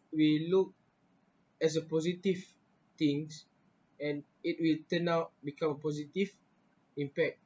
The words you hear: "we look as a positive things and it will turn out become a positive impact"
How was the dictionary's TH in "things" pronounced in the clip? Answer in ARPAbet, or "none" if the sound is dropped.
T